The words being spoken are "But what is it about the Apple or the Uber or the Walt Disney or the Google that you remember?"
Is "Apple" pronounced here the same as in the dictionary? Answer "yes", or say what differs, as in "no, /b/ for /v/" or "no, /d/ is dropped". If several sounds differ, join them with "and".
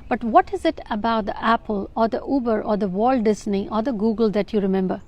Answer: yes